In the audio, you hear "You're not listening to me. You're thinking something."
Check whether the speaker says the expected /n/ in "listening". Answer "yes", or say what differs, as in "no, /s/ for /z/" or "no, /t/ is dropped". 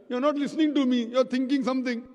yes